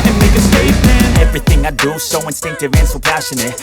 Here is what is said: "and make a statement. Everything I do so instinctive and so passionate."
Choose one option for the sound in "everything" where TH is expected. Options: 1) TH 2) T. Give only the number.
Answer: 1